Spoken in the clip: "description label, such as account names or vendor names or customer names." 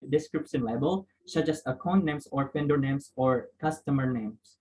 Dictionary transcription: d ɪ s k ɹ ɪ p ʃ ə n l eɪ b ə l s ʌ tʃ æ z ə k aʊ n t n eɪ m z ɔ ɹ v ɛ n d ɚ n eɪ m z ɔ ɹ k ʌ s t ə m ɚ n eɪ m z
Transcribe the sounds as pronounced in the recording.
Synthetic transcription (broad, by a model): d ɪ s k ɹ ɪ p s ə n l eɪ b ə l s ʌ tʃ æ s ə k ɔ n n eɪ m s ɔ ɹ p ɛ n d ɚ n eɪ m s ɔ ɹ k ʌ s t ə m ɚ n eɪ m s